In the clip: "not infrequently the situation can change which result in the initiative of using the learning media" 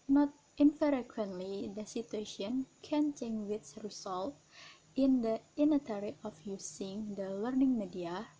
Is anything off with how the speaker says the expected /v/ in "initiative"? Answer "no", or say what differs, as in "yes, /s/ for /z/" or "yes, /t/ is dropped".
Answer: yes, /v/ is dropped